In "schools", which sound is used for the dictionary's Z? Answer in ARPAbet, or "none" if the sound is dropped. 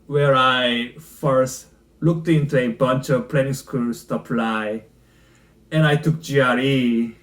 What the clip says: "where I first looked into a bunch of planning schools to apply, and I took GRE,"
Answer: S